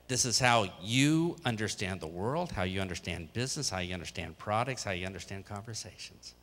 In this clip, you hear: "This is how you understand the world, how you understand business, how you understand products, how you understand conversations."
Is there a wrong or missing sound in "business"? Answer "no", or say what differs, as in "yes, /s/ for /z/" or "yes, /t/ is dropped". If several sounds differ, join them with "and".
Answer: no